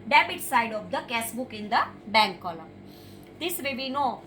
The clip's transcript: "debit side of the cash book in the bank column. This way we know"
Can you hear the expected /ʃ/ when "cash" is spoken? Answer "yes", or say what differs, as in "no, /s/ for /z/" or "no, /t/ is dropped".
no, /s/ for /ʃ/